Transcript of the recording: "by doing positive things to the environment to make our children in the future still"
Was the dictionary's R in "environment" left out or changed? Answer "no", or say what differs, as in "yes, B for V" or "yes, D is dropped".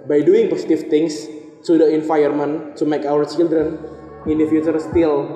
yes, R is dropped